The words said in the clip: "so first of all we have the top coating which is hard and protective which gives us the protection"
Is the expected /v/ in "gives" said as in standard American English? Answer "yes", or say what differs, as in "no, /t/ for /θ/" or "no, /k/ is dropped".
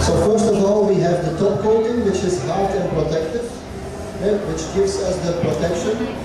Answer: yes